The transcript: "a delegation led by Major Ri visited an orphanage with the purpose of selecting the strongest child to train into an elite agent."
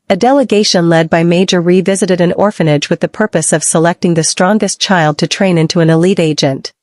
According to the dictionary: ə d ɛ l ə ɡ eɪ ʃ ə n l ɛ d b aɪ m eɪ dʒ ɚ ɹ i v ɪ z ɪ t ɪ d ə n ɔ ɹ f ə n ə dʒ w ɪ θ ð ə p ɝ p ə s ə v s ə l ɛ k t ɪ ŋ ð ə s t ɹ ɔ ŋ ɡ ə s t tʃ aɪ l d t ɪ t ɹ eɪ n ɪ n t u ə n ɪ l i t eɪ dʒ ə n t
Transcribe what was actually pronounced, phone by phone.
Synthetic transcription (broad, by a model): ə d ɛ l ə ɡ eɪ ʃ ə n l ɛ d b aɪ m eɪ dʒ ɚ ɹ i v ɪ z ɪ t ɪ d ə n ɔ ɹ f ə n ə dʒ w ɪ ð ə p ɝ p ə s ə v s ə l ɛ k t ɪ ŋ ð ə s t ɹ ɔ ŋ ɡ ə s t tʃ aɪ l d t ɪ t ɹ eɪ n ɪ n t u ə n ɪ l i t eɪ dʒ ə n t